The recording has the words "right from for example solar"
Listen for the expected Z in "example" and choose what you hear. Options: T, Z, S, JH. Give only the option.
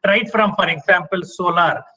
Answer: S